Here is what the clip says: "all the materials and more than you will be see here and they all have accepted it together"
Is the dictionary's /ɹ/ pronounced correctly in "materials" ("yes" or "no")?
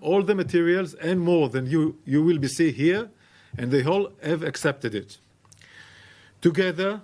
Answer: yes